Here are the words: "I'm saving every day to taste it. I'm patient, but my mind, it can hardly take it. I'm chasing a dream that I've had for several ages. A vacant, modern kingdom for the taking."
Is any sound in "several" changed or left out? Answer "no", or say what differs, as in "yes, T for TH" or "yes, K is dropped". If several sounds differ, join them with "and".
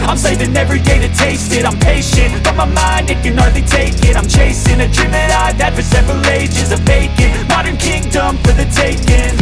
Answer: no